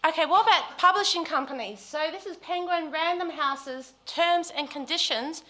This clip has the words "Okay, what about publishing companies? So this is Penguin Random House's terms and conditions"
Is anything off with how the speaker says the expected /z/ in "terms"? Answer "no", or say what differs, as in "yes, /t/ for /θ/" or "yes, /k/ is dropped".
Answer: no